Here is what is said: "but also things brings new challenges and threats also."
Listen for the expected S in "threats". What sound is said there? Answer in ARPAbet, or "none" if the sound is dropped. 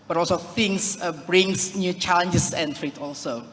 none